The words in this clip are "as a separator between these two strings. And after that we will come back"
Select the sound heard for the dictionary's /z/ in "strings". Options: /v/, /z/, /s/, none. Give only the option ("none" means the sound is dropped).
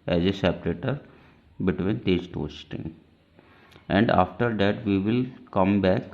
none